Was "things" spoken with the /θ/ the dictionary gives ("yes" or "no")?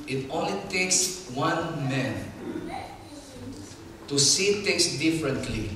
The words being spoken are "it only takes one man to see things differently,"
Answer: no